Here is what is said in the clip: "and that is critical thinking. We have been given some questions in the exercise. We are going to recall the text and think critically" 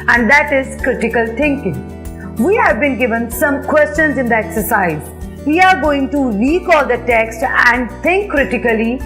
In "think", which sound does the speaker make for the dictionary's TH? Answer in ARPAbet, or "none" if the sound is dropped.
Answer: T